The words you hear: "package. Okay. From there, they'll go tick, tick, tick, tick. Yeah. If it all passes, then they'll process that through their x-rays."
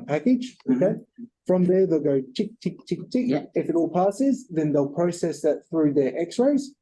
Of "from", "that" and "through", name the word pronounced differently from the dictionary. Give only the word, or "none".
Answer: none